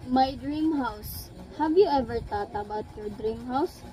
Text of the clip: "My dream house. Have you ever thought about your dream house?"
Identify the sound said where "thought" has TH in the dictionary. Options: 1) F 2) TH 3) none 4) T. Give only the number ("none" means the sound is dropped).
4